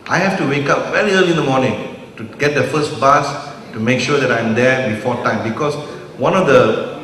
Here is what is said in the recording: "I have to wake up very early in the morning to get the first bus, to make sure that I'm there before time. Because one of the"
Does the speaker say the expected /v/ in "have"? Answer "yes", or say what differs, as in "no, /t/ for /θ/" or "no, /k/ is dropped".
no, /f/ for /v/